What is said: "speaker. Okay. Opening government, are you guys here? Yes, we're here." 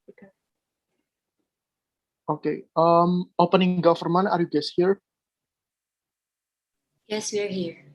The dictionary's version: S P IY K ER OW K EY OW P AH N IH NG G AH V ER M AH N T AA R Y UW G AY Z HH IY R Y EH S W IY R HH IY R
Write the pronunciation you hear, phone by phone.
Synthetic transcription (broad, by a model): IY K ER OW K EY OW P AH N IH NG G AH F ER M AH N AA R Y UW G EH S HH IY R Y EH S W IY R HH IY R